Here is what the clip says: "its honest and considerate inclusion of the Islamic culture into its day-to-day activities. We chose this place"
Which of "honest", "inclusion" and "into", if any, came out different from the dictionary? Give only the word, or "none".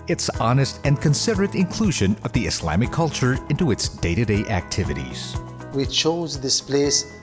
none